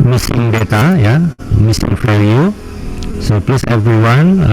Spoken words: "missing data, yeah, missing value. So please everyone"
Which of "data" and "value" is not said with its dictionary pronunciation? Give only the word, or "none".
value